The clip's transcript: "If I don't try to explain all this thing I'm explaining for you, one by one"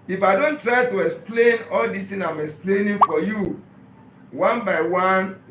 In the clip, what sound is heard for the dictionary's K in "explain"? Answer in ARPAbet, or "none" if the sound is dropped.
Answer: K